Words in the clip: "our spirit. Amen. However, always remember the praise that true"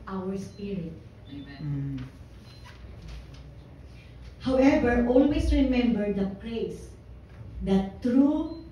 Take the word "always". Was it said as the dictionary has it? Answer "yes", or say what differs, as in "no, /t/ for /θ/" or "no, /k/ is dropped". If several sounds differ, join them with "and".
no, /s/ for /z/